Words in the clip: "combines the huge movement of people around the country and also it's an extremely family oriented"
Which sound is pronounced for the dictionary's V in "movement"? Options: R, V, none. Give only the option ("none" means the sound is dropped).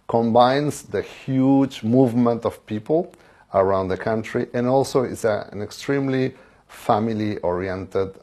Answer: V